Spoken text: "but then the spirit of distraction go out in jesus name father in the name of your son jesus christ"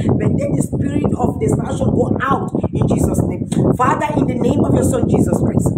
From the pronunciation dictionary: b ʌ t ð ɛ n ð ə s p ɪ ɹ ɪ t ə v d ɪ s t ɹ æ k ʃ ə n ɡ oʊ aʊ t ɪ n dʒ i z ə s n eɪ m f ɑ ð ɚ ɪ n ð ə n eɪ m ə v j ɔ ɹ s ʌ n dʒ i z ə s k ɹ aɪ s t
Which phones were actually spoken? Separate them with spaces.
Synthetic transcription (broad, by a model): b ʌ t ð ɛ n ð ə s p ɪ ɹ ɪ t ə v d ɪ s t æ ʃ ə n ɡ oʊ aʊ t ɪ n dʒ i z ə s n eɪ m f ɑ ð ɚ ɪ n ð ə n eɪ m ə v j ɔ s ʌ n dʒ i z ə s k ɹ aɪ s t